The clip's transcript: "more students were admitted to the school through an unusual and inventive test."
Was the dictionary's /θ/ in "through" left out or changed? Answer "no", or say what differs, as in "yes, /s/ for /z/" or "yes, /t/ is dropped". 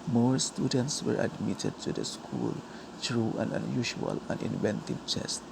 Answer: yes, /t/ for /θ/